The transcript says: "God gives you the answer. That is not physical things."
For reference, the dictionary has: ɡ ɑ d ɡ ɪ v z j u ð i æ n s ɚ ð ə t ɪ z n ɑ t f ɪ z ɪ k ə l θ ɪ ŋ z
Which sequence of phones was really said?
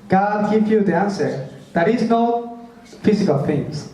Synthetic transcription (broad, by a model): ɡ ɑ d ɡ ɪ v j u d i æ n s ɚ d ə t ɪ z n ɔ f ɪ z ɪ k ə l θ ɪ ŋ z